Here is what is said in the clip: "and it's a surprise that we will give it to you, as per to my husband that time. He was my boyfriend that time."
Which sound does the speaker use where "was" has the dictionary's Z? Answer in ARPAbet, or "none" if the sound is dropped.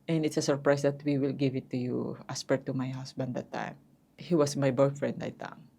S